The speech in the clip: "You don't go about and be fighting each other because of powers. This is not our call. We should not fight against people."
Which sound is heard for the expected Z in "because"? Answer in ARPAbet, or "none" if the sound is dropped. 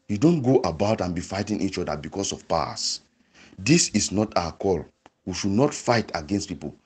S